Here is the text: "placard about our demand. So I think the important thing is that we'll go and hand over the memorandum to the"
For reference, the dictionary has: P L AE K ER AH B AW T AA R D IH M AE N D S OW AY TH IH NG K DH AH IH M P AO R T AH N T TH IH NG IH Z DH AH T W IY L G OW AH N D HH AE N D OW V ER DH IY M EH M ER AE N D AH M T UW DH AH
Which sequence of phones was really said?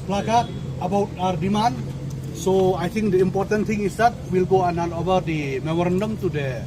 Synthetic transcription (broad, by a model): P L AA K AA AH B AW T AA R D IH M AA N S OW AY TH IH NG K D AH IH M P AO R T AH N T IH NG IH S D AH T W IY L G OW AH N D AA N OW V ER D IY M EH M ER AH N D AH M T UW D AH